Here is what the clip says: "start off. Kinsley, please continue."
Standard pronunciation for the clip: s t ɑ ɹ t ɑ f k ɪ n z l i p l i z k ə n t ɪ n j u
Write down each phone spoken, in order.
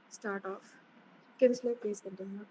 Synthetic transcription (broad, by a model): s t ɑ ɹ t ɑ f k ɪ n s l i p i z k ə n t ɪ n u